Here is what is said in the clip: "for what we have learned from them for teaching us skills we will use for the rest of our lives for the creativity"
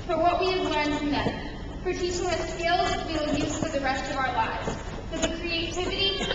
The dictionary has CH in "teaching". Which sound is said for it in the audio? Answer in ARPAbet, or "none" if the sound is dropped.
S